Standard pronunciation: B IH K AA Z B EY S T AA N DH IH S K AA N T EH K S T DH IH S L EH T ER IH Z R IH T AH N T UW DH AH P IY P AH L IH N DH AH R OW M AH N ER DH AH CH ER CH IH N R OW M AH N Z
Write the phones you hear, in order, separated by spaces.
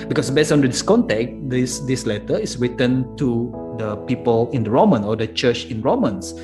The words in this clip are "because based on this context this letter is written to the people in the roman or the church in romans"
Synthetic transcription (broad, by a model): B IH K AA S B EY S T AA N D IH S K AA N T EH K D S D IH S L EH T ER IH S R IH T AH N T UW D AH P IY P AH L IH N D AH R OW M AH N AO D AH CH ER CH IH N R OW M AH N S